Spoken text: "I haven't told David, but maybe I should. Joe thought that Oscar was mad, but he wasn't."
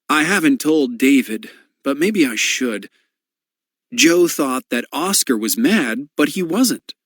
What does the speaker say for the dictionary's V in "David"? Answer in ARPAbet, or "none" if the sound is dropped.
V